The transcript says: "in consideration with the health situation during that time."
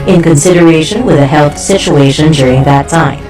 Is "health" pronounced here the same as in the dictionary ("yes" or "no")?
yes